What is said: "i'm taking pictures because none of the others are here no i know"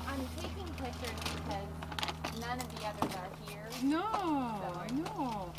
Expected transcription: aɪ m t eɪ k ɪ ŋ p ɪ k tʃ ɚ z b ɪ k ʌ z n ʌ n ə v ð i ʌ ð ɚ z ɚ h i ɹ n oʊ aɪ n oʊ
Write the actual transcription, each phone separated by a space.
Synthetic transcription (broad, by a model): aɪ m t eɪ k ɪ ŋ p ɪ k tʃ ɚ b ɪ k ʌ z n ʌ n ə v ð i ʌ ð ɚ z ɚ h i ɹ n oʊ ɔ n oʊ